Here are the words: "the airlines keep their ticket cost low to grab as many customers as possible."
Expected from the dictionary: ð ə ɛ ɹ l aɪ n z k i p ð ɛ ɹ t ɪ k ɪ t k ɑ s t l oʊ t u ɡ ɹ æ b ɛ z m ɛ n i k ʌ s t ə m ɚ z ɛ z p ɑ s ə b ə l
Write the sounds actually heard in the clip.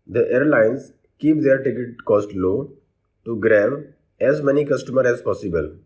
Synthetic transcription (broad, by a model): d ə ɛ ɹ l aɪ n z k i p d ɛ ɹ t ɪ k ɪ t k ɑ s t l oʊ t u ɡ ɹ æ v ɛ z m ɛ n i k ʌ s t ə m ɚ ɛ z p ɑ s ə b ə l